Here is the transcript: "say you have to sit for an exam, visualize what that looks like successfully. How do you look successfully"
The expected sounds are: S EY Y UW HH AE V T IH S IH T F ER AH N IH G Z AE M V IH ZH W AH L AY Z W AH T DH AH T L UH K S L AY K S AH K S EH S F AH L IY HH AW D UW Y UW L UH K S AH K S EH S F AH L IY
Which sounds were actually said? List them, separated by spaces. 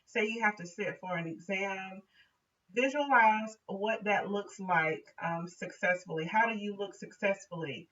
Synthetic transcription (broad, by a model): S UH Y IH HH AE F T IH S IH T F ER AH N IH G Z AE M V IH ZH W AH L AY Z W AH T DH AH T L UH K S L AY K S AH K S EH S F L IY HH AW D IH Y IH L UH K S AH K S EH S F L IY